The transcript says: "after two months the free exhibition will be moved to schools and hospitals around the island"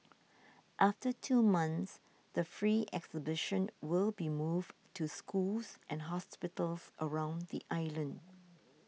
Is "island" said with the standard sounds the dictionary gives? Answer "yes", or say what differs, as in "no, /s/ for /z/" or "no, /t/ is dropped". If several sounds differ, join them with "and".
yes